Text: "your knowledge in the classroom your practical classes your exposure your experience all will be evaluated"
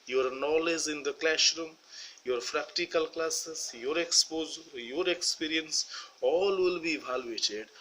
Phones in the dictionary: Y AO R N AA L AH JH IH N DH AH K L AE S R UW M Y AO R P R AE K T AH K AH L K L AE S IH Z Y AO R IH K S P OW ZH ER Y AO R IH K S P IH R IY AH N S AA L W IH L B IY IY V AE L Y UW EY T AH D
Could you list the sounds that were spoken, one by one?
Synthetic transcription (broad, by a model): Y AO R N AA L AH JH IH N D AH K L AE SH R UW M Y AO R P R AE K T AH K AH L K L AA S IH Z Y AO R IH K S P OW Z Y AO R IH K S P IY R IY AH N S AA L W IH L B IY IY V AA L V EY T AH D